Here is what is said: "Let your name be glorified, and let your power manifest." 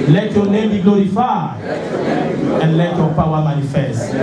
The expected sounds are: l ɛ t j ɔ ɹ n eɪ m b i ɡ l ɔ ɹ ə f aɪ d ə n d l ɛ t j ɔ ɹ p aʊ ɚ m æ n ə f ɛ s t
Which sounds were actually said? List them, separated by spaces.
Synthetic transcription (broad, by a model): l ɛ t j ɔ n eɪ m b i ɡ l ɔ ɹ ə f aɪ ə n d l ɛ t j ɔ p aʊ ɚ m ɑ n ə f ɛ s t